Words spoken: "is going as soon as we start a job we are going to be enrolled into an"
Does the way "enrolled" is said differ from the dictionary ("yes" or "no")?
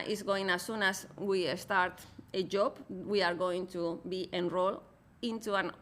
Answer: yes